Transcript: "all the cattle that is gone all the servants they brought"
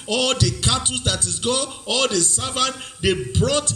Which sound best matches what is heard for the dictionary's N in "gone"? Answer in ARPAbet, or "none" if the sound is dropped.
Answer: none